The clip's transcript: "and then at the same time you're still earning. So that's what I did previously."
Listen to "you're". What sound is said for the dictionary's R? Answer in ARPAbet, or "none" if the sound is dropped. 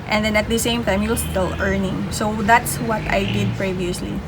L